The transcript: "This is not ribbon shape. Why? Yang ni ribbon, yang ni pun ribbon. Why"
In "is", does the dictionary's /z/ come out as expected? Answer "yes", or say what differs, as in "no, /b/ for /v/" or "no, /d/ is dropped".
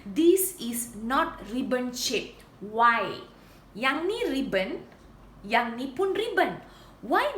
no, /s/ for /z/